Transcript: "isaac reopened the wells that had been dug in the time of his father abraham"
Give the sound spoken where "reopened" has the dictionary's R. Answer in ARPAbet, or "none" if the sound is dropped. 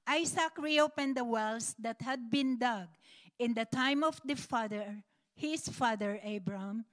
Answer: R